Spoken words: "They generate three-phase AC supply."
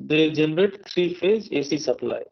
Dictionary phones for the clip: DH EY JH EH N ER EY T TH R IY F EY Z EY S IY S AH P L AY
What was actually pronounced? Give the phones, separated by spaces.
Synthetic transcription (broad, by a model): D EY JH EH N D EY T T R IY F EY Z EY S IY S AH P L AY